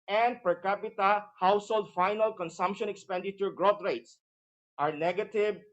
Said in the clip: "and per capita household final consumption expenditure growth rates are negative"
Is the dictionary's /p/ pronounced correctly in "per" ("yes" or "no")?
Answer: yes